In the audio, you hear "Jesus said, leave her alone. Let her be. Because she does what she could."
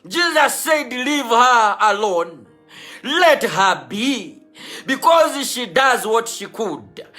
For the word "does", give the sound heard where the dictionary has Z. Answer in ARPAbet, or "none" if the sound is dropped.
Z